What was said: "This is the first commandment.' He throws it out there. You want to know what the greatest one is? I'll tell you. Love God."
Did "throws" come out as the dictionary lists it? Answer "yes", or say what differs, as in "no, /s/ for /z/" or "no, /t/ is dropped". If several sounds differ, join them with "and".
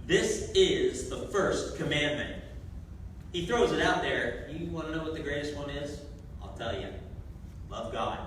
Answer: yes